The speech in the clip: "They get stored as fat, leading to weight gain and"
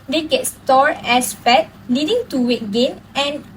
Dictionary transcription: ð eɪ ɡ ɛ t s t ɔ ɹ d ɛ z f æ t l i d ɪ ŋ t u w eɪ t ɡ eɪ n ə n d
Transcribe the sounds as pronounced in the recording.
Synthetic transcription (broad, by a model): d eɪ ɡ ɛ t s t ɔ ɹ ɛ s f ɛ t l i d ɪ ŋ t u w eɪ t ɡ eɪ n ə n